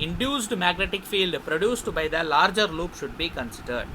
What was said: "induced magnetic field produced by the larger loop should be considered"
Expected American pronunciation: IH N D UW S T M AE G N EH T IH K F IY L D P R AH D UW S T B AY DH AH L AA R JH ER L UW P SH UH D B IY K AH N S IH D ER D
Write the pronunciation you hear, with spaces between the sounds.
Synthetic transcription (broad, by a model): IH N D UW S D M AE G N EH T IH K F IY L D P R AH D UW S T B AY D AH L AA R JH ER L UW P SH UH D B IY K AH N S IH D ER D